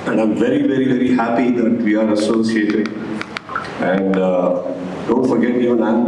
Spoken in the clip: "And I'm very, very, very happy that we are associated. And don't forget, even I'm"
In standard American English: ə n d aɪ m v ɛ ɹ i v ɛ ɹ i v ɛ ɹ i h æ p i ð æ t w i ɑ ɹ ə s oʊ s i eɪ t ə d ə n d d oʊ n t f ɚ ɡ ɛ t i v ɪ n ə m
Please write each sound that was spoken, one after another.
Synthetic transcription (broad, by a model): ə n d aɪ m v ɛ ɹ i v ɛ ɹ i v ɛ ɹ i h æ p i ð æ t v i ɑ ɹ ə s oʊ s i eɪ t ə d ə n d d oʊ n t f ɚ ɡ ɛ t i ɪ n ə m